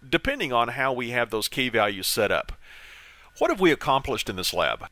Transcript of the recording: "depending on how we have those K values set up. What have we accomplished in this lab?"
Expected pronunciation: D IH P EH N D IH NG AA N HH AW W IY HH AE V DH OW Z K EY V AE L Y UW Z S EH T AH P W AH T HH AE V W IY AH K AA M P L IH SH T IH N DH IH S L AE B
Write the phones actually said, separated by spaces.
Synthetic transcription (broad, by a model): D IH P EH N D IH NG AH N HH AW W IY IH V DH OW Z K EY V AE L Y UW Z S EH T AH P W AH T HH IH V W IY AH K AA M P L IH SH T IH N DH IH S L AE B